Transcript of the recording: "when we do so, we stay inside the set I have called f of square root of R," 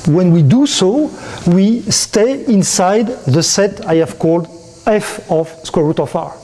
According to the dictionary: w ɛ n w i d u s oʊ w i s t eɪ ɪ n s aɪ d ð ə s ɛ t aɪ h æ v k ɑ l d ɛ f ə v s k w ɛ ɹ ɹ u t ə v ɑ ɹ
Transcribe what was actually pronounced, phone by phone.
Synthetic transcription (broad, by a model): w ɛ n w i d u s oʊ w i s t eɪ ɪ n s aɪ d ð ə s ɛ t aɪ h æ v k ɑ l d ɛ f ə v s k w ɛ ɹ ɹ u t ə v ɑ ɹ